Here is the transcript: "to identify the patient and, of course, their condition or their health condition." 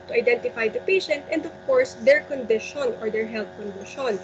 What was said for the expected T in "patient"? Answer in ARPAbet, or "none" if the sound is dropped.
T